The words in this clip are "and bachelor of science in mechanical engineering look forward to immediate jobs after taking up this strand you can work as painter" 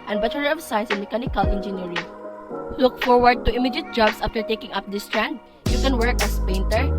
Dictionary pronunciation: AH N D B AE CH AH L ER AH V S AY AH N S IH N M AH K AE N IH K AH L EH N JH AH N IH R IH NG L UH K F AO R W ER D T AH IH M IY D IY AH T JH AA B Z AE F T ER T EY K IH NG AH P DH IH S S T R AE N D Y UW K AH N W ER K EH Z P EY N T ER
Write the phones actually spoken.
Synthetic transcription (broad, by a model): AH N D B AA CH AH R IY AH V S AY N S IH N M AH K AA N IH K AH L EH N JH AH N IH R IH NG L UH K F AO R W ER D T AH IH M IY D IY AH T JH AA B S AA F T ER T EY K IH NG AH P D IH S S T R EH N D Y UW K AH N W ER K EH S P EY N T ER